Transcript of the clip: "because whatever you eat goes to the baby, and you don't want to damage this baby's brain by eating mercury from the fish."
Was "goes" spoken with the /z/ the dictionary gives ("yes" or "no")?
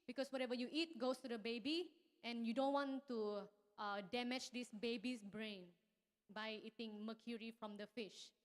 no